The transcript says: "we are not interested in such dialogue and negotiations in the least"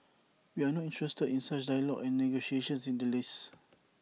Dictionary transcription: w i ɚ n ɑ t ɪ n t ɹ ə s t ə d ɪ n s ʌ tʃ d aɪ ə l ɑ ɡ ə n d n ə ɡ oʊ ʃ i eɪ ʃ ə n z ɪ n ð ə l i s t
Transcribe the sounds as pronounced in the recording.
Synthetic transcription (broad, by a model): w i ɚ n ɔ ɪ n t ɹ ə s t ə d ɪ n s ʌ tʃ d aɪ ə l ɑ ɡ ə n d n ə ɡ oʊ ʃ i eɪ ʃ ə n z ɪ n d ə l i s